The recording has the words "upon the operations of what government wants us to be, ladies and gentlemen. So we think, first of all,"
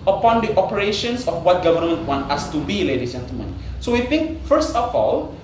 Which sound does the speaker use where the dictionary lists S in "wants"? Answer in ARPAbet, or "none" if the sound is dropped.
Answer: none